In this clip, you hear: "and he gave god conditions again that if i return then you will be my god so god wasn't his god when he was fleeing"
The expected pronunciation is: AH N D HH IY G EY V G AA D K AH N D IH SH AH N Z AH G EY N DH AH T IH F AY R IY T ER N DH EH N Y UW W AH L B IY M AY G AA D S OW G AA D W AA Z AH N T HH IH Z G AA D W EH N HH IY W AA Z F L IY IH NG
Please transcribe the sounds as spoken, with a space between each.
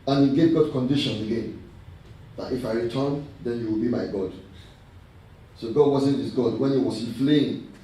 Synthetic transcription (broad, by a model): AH N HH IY G EY V G AA D K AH N D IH SH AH N AH G EY N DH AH T IH F AY R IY T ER N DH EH N Y UW W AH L B IY M AY G AA D S OW G AA D W AA Z AH N T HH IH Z G AA D W EH N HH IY W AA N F L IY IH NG